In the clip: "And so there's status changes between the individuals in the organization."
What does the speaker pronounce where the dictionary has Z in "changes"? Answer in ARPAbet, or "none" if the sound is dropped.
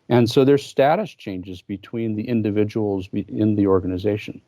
Z